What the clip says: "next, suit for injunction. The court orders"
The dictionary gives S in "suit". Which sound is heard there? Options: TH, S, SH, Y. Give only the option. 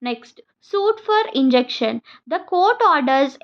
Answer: S